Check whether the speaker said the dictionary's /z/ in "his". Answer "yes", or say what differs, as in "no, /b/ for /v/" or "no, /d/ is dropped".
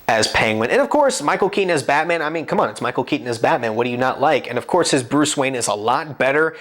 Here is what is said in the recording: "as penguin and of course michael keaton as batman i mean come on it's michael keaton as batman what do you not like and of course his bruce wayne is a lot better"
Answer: yes